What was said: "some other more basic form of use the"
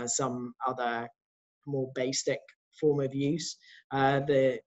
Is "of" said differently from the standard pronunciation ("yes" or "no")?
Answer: no